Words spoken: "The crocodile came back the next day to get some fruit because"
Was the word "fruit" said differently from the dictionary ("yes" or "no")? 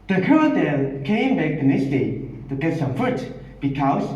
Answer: yes